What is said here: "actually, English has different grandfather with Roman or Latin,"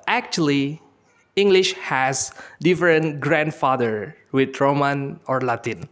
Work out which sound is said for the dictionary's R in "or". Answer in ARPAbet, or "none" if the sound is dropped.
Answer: R